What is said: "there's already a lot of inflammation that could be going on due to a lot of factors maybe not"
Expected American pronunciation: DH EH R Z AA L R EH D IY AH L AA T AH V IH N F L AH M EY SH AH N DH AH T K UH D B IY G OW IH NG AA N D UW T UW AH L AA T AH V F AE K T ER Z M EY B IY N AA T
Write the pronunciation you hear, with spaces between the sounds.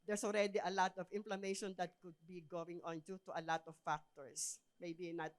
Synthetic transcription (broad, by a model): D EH R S AA L R EH D IY AH L AA T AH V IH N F L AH M EY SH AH N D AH T K UH D B IY G OW IH NG AA N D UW T UW AH L AA T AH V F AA K T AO S M EY B IY N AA T